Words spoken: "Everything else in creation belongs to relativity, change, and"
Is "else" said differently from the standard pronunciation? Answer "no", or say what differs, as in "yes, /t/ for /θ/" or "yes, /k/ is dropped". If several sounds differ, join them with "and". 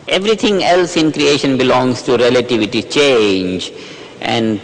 no